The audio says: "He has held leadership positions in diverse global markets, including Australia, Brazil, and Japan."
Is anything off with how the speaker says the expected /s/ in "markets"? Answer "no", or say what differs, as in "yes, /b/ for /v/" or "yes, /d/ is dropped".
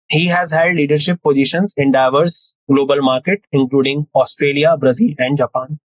yes, /s/ is dropped